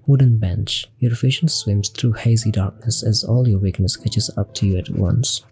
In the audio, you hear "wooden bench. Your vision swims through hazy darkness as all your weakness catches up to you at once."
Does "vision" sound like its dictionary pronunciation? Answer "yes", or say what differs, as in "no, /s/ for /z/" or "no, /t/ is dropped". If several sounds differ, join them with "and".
no, /f/ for /v/ and /ʃ/ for /ʒ/